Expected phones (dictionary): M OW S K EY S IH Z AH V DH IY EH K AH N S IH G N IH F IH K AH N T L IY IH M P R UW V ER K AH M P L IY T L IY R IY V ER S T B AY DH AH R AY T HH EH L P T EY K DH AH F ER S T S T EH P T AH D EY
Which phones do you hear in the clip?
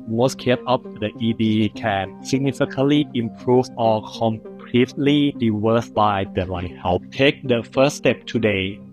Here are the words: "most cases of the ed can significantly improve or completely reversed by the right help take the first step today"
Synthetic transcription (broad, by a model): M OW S K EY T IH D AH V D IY K AH N S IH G N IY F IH K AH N L IY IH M P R UW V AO K AH M P L IY T L IY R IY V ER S B AY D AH L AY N HH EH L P T EY K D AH F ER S S T EH P T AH D EY